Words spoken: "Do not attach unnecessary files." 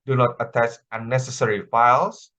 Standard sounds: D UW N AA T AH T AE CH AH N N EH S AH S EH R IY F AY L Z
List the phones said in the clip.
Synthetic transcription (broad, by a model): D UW N AA T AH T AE S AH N N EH S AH S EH R IY F AY L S